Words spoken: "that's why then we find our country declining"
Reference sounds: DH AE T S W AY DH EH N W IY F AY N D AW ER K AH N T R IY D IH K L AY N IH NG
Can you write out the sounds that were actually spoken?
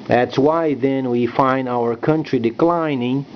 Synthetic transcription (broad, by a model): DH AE T S W AY DH EH N W IY F AY N D AW ER K AH N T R IY D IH K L AY N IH NG